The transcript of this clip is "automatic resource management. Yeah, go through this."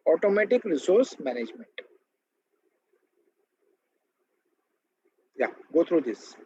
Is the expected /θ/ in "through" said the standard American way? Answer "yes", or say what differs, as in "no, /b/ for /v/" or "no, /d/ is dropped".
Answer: no, /t/ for /θ/